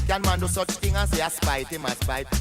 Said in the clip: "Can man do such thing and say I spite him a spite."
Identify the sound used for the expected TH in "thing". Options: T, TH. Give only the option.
T